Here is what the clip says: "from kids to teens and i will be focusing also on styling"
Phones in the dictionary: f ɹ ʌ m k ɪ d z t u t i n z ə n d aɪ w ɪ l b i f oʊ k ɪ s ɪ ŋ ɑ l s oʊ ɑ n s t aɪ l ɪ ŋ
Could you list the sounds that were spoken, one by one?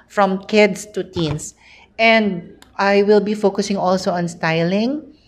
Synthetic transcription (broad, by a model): f ɹ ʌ m k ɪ d s t u t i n s ə n d aɪ w ɪ l b i f oʊ k ɪ s ɪ ŋ ɑ l s oʊ ɑ n s t aɪ l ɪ ŋ